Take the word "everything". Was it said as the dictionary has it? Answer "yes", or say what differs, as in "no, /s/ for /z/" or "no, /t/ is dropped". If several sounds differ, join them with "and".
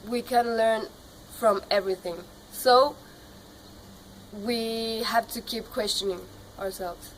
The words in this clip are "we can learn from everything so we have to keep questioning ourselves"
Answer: yes